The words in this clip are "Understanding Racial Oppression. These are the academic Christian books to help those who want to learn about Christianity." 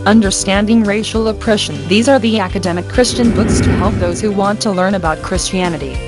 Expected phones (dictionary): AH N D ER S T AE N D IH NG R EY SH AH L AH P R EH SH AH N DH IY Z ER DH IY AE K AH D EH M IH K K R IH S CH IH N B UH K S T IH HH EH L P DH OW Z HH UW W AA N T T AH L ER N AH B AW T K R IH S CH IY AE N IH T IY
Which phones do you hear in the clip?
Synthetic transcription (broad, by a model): AH N D ER S T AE N D IH NG R EY SH L AH P R EH SH AH N DH IY Z ER DH IY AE K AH D EH M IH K K R IH S CH IH N B UH K S T IH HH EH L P DH OW Z HH UW W AA N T T AH L ER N AH B AW T K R IH S CH IY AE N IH T IY